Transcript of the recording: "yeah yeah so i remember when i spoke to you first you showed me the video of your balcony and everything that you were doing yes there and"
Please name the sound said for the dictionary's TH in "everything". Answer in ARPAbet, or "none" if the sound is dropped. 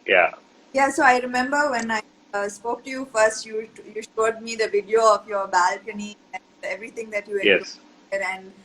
T